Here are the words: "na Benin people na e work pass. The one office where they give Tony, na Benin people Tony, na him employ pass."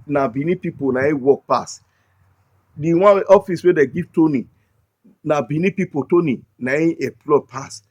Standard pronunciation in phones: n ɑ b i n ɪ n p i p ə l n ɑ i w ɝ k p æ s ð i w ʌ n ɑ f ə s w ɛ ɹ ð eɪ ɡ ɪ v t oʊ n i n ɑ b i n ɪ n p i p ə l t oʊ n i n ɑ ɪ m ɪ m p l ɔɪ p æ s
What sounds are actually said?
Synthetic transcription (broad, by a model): n ɑ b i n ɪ p i p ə n ɑ i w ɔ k p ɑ s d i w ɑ ɑ f ə s w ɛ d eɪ ɡ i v t oʊ n i n ɑ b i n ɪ p i p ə t oʊ n i n ɑ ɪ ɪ p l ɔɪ p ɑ s